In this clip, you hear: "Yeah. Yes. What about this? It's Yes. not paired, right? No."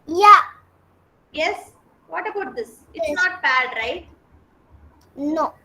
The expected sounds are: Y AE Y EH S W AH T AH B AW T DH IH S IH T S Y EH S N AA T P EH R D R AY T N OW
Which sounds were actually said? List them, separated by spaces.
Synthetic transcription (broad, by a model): Y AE Y EH S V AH T AH B AW T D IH S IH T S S N AA T B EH D R AY T N OW